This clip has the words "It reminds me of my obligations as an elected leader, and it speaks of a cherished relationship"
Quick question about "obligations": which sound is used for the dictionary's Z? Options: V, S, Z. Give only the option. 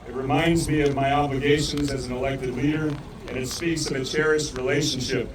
Z